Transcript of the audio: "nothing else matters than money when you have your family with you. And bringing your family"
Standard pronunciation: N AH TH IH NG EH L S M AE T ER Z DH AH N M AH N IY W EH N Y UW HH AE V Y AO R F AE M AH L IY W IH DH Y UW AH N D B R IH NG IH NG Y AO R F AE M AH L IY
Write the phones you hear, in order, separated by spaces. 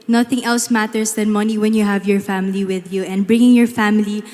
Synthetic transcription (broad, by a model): N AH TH IH NG EH L S M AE T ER S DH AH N M AH N IY W EH N Y UW HH AE V Y AO R F AE M AH L IY W IH DH Y UW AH N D B R IH NG IH NG Y AO R F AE M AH L IY